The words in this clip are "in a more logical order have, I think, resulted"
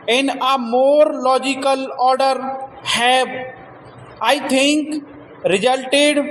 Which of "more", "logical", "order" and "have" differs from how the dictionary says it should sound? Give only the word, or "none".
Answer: have